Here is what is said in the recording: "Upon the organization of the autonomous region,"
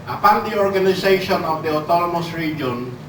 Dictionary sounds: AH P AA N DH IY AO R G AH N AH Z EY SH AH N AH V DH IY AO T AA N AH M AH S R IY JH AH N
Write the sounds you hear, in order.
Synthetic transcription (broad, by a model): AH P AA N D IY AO R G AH N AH S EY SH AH N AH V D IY AO T AA N AH M AH S R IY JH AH N